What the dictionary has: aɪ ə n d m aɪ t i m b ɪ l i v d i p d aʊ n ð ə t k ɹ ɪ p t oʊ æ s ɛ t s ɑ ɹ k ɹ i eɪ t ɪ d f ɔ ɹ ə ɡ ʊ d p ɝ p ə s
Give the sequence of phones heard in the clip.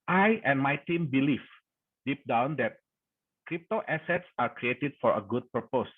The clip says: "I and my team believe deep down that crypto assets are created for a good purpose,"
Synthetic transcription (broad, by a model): aɪ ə n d m aɪ t i m b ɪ l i f d i p d aʊ n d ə t k ɹ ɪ p t oʊ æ s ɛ t s ɑ ɹ k ɹ i eɪ t ɪ d f ɔ ɹ ə ɡ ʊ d p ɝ p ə s